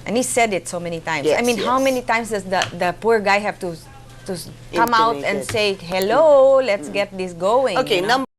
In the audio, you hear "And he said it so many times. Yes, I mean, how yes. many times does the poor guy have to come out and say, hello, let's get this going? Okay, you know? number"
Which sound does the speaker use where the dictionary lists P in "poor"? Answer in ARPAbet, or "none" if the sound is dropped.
P